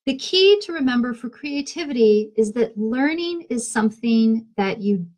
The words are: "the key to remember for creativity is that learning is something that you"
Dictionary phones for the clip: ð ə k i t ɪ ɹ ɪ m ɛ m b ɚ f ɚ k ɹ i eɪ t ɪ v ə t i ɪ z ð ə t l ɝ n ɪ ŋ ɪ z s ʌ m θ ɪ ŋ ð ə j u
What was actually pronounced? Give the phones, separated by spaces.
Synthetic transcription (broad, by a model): ð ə k i t ɪ ɹ ɪ m ɛ m b ɚ f ɚ k ɹ i eɪ t ɪ v ə t i ɪ z ð ə t l ɝ n ɪ ŋ ɪ z s ʌ m θ ɪ ŋ ð ə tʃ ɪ